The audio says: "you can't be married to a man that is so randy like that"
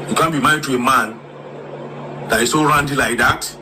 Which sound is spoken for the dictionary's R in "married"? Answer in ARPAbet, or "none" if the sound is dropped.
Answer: none